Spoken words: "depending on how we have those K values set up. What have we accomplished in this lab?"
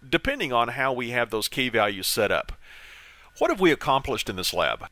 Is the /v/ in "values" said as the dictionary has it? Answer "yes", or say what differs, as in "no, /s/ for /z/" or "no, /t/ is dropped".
yes